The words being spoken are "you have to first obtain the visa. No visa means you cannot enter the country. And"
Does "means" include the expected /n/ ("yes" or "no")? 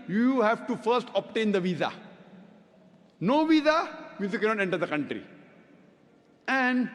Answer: no